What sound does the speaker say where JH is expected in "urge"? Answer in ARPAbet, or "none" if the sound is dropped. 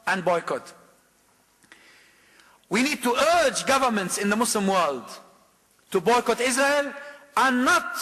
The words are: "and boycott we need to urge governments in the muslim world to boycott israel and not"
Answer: JH